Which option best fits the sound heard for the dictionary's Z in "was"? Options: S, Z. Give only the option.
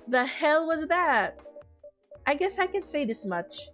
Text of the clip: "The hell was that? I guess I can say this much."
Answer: Z